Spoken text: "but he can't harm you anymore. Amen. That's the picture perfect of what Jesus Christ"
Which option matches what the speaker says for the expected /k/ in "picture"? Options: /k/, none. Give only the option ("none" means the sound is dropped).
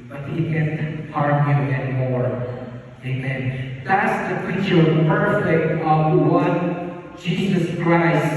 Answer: none